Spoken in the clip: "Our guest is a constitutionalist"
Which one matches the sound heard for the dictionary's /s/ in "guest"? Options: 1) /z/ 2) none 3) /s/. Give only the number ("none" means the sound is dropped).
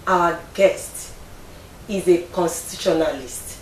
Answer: 3